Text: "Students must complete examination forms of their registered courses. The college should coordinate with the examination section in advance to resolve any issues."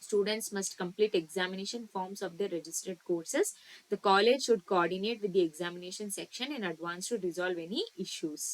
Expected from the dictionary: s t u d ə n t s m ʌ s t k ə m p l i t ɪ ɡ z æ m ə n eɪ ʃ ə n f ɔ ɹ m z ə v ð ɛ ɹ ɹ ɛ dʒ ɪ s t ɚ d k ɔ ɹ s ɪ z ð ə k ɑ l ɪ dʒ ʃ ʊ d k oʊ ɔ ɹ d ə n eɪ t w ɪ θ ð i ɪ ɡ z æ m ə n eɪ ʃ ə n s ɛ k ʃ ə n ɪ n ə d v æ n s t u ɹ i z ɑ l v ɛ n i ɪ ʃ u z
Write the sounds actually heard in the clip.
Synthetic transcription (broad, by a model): s t u d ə n t s m ʌ s t k ə m p l i t ɪ ɡ z æ m ə n eɪ ʃ ə n f ɔ ɹ m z ə v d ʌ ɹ ɹ ɛ dʒ ɪ s t ɚ d k ɔ ɹ s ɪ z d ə k ɑ l ɪ dʒ ʃ ʊ d k oʊ ɔ ɹ d ə n eɪ t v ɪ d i ɪ ɡ z æ m ə n eɪ ʃ ə n s ɛ k ʃ ə n ɪ n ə d v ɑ n s t u ɹ i z ɑ l v ɛ n i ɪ ʃ u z